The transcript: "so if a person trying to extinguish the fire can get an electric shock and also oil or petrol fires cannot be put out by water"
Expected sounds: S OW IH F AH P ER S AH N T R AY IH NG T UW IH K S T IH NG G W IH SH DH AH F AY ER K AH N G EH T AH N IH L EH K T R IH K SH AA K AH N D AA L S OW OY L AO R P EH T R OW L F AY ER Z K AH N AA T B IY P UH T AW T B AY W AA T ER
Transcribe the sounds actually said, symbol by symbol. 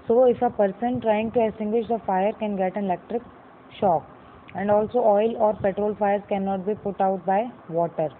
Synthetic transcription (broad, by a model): S OW IH F AH P ER S AH N T R AY IH NG T UW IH S T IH NG G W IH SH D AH F AY ER K AH N G EH T AH N IH L EH K T R IH K SH AA K AH N D AA L S OW OY L AO R P EH T R OW L F AY ER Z K AH N AA T B IY P UH T AW T B AY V AA T ER